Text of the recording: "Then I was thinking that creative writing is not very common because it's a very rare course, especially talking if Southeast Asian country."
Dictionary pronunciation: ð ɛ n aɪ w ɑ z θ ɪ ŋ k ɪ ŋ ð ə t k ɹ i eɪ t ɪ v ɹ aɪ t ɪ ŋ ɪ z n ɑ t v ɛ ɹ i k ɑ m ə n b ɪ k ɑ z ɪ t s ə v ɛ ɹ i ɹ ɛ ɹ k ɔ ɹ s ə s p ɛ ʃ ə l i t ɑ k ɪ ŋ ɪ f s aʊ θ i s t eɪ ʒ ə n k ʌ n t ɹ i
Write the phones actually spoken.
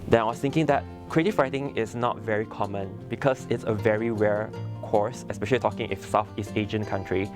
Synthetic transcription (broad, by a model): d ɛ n aɪ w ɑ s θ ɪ ŋ k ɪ ŋ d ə t k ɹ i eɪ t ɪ f ɹ aɪ t ɪ ŋ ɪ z n ɑ t v ɛ ɹ i k ɑ m ə n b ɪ k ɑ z ɪ t s ə v ɛ ɹ i w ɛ ɹ k ɔ ɹ s ə s p ɛ ʃ ə l i t ɑ k ɪ ŋ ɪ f s aʊ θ i s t eɪ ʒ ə n k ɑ n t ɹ i